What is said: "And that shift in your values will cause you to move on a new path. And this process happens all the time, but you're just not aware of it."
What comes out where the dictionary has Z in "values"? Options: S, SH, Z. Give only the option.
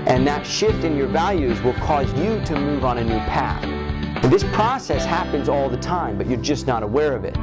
Z